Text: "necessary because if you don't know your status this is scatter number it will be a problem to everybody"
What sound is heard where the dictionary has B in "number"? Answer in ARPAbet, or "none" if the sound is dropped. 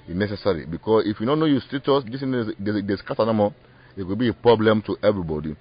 none